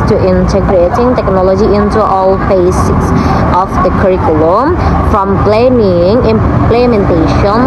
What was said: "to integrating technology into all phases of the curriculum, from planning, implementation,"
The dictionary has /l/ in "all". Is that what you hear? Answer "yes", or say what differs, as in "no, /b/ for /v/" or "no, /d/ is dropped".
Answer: yes